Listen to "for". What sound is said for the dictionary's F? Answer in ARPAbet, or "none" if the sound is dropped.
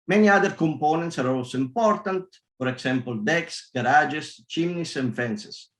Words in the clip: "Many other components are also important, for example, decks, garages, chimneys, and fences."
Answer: P